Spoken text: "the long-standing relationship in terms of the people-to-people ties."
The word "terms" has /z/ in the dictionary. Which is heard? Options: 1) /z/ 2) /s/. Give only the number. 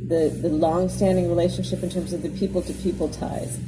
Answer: 1